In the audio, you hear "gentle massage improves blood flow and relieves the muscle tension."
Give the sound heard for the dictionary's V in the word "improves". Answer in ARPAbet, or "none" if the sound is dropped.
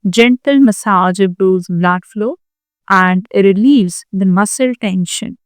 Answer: none